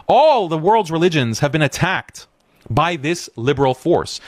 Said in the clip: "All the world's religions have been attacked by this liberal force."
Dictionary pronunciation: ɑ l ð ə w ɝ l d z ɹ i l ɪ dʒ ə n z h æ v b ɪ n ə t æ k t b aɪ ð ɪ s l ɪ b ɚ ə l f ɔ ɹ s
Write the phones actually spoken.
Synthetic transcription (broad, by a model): ɑ l ð ə w ɝ l d z ɹ i l ɪ dʒ ə n z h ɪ v b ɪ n ə t æ k t b aɪ ð ɪ s l ɪ b ɚ l f ɔ ɹ s